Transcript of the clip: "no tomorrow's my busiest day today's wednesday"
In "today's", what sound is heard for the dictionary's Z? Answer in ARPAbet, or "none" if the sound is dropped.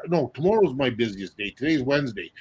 Z